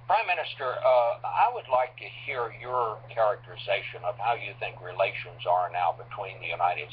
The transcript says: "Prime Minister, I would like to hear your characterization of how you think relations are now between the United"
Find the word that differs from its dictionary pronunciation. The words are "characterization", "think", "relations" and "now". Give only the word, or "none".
none